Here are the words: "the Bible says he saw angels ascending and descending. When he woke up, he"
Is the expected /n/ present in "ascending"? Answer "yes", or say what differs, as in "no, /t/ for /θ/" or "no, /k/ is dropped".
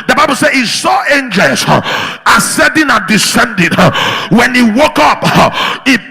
no, /n/ is dropped